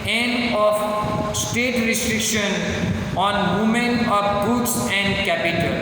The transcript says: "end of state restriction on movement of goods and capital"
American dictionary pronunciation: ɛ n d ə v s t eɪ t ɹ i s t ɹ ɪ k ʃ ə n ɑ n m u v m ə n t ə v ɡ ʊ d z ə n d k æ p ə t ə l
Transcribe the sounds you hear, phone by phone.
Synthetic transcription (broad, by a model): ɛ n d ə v s t eɪ t ɹ i s t ɹ ɪ k ʃ ə n ɑ n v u m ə n ə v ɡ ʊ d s ə n d k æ p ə t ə l